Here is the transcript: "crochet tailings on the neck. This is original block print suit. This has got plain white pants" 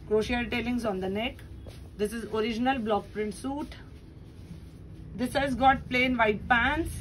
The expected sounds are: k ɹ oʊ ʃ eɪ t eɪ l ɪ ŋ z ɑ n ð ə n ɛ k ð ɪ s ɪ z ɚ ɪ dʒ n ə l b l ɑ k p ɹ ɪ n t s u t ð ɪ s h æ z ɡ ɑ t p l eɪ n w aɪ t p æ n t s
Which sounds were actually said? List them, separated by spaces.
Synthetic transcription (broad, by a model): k ɹ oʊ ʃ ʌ t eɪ l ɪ ŋ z ɑ n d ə n ɛ k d ɪ s ɪ z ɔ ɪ dʒ n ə l b l ɑ k p ɹ ɪ n t s u t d ɪ s h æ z ɡ ɑ t p l eɪ n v aɪ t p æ n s